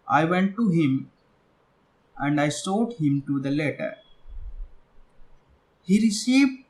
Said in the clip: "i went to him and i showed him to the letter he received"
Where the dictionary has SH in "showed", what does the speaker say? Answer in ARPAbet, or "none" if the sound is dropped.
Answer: S